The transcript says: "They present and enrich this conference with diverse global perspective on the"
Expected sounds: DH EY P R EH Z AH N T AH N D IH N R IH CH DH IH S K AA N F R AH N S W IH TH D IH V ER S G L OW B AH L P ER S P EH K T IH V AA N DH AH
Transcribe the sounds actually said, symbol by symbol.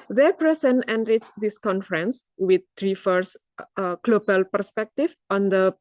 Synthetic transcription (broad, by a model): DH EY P R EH S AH N AH N D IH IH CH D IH S K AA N F R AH N S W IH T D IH F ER S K L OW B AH L P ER S P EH K T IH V AA N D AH